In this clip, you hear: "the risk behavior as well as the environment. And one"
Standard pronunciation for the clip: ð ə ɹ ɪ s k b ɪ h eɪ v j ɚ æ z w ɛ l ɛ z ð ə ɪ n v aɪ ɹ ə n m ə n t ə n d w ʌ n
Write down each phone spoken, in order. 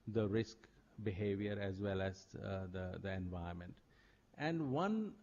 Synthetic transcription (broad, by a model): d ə ɹ ɪ s k b ɪ h eɪ v j ɚ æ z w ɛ l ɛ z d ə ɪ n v aɪ ə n m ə n t ə n d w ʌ n